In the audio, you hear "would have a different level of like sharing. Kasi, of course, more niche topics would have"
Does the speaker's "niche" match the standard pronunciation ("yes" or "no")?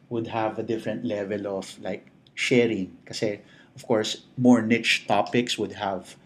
yes